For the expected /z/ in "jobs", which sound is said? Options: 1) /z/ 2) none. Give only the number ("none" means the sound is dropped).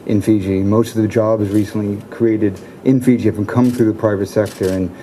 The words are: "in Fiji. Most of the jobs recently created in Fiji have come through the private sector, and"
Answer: 1